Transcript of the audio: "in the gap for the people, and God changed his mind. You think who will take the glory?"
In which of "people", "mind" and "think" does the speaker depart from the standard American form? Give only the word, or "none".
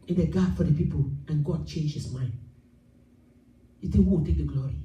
think